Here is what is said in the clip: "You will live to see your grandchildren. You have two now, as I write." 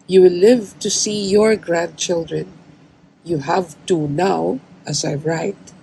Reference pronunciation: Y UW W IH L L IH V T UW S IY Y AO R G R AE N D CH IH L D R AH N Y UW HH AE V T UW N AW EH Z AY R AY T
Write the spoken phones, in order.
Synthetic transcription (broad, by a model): Y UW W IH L L IH V T UW S IY Y AO R G R AE N D CH IH L D R AH N Y UW HH AE V T UW N AW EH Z AY R AY T